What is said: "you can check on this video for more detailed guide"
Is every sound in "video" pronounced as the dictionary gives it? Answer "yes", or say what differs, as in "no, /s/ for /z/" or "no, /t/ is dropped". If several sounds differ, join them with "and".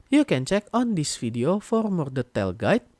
no, /f/ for /v/